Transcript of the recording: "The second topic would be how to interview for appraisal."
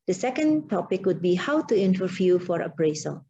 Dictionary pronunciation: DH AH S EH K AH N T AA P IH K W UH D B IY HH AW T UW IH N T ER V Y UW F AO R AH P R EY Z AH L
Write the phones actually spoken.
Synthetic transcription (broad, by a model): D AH S EH K AH N T AA P IH K W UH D B IY HH AW T UW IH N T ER F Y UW F AO R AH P R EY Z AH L